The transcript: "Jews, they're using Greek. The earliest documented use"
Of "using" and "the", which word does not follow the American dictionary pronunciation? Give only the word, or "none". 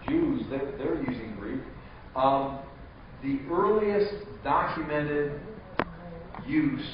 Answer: none